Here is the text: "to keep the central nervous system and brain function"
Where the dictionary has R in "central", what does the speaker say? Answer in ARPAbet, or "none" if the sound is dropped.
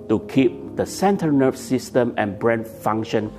none